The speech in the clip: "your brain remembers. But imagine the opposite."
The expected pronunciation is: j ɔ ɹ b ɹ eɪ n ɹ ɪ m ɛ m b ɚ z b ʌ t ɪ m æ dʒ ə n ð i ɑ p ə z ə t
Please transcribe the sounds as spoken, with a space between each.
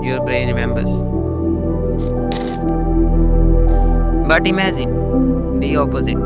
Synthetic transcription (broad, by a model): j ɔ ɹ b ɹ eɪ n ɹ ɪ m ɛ m b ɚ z b ʌ t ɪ m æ z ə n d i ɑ p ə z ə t